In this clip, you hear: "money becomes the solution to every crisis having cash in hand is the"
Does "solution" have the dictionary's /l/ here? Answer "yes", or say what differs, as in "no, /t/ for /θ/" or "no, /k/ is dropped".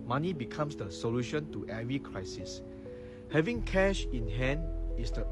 yes